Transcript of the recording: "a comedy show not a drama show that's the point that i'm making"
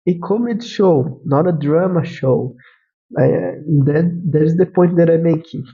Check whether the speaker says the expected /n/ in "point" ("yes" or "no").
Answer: no